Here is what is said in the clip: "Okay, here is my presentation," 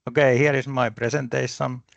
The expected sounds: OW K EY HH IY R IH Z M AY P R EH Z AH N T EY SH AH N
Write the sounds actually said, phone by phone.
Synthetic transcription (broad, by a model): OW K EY HH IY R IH S M AY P R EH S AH N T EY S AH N